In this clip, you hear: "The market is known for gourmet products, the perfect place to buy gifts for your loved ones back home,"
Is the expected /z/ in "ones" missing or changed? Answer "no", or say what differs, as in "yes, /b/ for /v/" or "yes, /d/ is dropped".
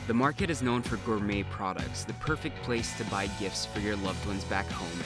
no